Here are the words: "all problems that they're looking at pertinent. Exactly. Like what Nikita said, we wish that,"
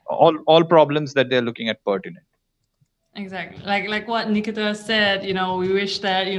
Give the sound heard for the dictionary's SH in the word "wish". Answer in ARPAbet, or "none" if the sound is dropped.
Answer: SH